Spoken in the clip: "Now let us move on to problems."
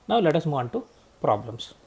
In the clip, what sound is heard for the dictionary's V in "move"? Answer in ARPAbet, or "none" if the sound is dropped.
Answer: none